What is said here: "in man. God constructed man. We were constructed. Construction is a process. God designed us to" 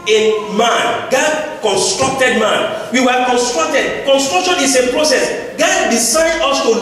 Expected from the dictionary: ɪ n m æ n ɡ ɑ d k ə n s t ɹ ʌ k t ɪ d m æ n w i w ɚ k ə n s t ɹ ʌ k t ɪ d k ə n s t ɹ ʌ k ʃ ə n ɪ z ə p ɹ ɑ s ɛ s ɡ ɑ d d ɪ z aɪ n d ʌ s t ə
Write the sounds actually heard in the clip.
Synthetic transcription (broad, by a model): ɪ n m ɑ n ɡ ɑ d k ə n s t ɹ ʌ k t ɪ d m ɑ n w i w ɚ k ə n s t ɹ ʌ k t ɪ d k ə n s t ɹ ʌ k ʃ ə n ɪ s ə p ɹ ɑ s ɛ s ɡ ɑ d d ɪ s aɪ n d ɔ s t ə